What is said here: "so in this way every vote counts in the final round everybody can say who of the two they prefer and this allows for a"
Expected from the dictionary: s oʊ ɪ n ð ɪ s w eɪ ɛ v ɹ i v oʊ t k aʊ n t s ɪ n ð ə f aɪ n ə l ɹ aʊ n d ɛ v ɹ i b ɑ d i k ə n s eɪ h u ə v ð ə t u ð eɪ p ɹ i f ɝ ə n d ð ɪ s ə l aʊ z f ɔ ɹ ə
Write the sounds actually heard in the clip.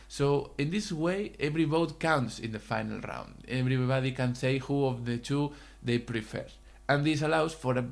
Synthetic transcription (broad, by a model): s oʊ ɪ n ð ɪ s w eɪ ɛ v ɹ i b oʊ t k aʊ n t s ɪ n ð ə f aɪ n ə l ɹ aʊ n d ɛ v ɹ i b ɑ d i k ə n s eɪ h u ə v ð ə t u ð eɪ p ɹ i f ɝ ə n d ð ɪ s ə l aʊ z f ɔ ɹ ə